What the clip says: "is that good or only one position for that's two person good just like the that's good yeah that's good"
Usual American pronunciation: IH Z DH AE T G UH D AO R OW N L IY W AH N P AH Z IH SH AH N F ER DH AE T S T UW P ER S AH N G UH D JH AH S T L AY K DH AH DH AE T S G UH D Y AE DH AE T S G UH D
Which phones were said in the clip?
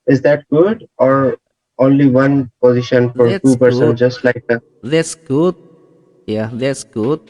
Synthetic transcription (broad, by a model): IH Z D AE T G UH D AO R OW N L IY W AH N P AH Z IH SH AH N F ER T T UW P ER S AH N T JH AH S T L AY K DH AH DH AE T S G UH D Y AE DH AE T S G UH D